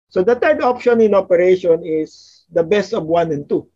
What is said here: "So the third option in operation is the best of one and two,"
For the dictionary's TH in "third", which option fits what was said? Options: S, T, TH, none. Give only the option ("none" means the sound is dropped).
T